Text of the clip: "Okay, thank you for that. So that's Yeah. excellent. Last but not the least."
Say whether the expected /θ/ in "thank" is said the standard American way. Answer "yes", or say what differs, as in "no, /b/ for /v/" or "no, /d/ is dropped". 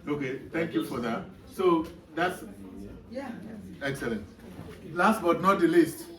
no, /t/ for /θ/